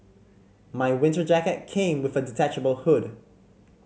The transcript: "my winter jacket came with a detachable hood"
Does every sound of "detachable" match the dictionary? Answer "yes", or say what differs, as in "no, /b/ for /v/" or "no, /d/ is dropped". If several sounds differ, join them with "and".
yes